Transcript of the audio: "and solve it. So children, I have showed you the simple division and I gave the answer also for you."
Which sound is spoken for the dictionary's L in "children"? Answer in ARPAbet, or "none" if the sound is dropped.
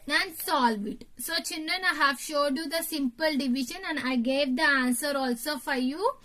N